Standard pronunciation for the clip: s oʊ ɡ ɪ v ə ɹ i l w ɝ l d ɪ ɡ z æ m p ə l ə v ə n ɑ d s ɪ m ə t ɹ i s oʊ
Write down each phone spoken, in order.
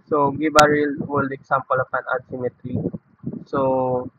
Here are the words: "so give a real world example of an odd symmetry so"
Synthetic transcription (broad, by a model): s oʊ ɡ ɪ b ə ɹ i l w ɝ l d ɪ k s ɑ m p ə l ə p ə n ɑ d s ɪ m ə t ɹ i s oʊ